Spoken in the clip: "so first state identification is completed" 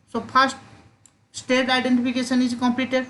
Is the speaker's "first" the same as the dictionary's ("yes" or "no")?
no